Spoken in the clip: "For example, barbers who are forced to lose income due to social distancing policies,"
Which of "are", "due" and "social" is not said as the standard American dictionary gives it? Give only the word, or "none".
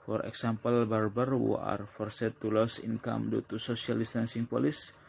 social